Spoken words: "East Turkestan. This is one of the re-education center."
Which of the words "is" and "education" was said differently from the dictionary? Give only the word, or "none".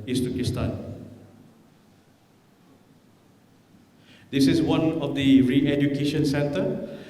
is